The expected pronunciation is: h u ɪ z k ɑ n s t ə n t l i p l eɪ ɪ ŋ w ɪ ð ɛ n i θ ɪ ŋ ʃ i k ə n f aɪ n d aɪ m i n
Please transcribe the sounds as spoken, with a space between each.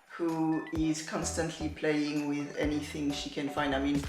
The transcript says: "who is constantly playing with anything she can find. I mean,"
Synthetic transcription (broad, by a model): h u ɪ z k ɑ n s t ə n t l i p l eɪ ɪ ŋ w ɪ ð ɛ n i θ ɪ ŋ ʃ i k ə n f aɪ n d aɪ m i n